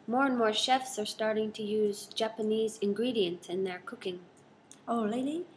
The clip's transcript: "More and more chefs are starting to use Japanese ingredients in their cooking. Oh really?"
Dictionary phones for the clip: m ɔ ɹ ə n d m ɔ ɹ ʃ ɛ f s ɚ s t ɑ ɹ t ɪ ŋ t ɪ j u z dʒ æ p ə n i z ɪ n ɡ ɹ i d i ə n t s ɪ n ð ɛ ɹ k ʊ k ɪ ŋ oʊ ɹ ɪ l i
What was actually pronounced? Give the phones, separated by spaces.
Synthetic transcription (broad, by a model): m ɔ ɹ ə n m ɔ ɹ ʃ ɛ f s ɚ s t ɑ ɹ t ɪ ŋ t ɪ j u z dʒ æ p ə n i z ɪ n ɡ ɹ i d i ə n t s ɪ n ð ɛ ɹ k ʊ k ɪ ŋ oʊ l ɪ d i